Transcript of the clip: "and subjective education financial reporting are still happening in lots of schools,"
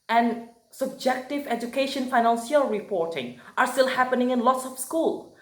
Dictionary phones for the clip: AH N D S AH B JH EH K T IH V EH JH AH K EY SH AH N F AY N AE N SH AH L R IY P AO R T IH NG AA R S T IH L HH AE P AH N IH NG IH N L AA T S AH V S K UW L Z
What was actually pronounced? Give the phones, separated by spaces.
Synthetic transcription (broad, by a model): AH N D S AH B JH EH K T IH V EH JH AH K EY SH AH N F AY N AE N S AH L R IY P AO R T IH NG AA R S T IH L HH AE P AH N IH NG IH N L AA T S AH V S K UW L